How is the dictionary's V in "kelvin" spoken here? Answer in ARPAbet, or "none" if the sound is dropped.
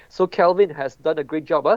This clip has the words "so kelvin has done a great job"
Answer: V